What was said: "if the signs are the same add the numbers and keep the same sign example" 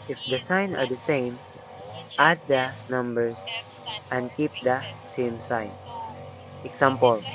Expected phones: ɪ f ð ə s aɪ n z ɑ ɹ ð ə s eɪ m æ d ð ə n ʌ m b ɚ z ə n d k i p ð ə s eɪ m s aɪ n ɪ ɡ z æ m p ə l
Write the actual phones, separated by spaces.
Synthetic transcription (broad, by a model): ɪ f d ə s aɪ n ɑ ɹ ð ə s eɪ m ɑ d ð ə n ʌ m b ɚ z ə n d k i p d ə s eɪ m s aɪ n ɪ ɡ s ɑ m p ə l